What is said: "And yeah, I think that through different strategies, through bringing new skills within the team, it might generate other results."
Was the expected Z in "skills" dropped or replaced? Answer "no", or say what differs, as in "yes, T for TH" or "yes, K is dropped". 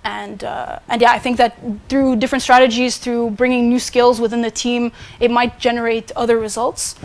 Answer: no